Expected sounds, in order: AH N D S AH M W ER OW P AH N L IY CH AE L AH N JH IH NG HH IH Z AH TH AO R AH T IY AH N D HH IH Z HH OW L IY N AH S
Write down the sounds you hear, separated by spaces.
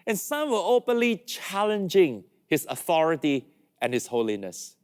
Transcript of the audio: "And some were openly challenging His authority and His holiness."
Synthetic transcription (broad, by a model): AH N S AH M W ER OW P AH N L IY CH AE L AH N JH IH NG HH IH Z AH TH AO R AH T IY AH N HH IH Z HH OW L IY N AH S